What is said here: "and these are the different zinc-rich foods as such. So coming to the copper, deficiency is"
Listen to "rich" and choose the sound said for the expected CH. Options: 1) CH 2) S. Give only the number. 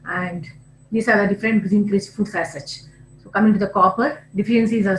2